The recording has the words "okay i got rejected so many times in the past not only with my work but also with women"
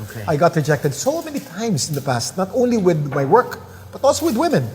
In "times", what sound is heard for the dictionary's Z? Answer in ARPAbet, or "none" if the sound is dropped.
S